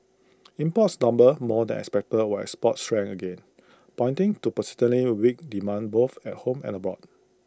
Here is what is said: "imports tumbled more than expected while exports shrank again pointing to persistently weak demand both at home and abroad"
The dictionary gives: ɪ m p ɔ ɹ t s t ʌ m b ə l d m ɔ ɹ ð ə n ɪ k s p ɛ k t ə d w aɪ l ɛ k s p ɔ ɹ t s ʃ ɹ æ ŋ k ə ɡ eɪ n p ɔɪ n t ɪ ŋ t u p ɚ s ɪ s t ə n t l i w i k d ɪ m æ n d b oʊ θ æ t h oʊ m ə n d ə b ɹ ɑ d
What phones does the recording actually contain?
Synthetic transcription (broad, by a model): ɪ m p ɔ t s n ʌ m b ə m ɔ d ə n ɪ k s p ɛ k t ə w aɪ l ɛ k s p ɔ t s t ɹ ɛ ŋ ə ɡ eɪ n p ɔɪ n t ɪ ŋ t u p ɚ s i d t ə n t l i w i k d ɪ m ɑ n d b oʊ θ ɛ t h oʊ m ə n ə b ɹ ɑ d